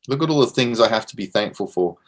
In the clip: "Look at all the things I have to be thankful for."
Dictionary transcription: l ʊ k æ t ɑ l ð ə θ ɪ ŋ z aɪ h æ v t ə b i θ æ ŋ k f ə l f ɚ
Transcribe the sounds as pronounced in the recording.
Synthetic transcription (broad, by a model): l ʊ k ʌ t ɑ l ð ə θ ɪ ŋ z aɪ h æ f t ə b i θ æ ŋ k f ə l f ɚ